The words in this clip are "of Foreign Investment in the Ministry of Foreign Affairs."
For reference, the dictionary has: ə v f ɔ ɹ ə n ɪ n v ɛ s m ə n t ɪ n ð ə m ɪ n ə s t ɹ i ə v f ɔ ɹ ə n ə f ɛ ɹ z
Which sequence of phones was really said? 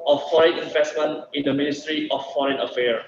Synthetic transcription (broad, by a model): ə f f ɔ ɹ ə n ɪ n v ɛ s m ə n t ɪ n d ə m ɪ n ə s t ɹ i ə f f ɔ ɹ ə n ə f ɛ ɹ